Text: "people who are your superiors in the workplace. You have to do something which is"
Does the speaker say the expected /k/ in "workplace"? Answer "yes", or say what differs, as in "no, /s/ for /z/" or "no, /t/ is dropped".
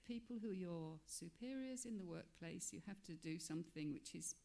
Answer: yes